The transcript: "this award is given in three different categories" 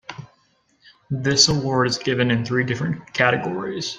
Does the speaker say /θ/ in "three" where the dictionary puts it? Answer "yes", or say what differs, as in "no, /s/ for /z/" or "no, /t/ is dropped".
yes